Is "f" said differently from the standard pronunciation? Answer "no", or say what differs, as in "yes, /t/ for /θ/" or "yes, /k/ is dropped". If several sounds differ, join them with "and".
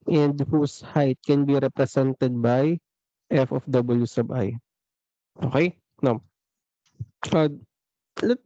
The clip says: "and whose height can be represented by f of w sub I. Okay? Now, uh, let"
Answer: no